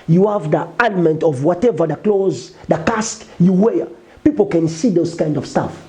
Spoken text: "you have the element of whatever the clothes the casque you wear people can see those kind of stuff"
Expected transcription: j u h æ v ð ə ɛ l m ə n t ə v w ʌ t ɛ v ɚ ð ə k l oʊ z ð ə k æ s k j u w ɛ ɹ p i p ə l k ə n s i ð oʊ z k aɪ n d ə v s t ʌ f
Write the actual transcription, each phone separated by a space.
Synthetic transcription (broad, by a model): j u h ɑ v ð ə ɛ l m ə n t ə v w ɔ t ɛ v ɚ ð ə k l oʊ z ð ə k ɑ s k j u w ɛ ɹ p i p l k ə n s i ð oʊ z k aɪ n d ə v s t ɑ f